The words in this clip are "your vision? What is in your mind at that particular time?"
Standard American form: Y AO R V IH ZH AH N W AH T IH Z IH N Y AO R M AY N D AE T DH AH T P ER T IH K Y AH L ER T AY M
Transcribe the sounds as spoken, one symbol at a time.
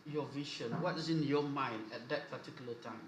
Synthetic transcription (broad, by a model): Y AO V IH SH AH N W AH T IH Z IH N Y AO M AY N D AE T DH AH T P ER T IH K Y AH L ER T AY M